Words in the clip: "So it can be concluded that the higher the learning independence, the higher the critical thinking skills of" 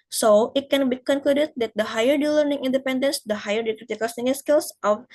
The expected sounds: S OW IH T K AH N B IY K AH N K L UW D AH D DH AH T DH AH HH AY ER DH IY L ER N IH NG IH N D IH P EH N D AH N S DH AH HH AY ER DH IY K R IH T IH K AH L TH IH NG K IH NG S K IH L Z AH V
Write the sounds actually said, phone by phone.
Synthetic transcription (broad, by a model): S OW IH T K AH N B IY K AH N K L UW D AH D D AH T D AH HH AY ER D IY L ER N IH NG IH N D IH P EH N D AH N S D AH HH AY ER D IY K R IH T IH K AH L S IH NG IH S K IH L S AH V